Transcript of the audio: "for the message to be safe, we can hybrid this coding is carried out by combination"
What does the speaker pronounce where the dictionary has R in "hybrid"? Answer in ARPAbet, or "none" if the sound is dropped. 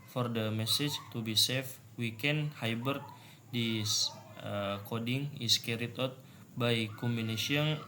none